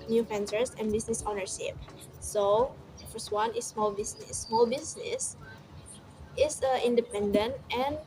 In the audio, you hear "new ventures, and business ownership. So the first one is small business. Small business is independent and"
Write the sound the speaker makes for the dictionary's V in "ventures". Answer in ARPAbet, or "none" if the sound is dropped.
F